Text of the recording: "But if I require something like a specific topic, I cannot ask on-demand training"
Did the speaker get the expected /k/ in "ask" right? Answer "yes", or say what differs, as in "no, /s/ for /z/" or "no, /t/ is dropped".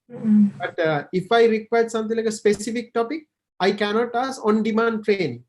no, /k/ is dropped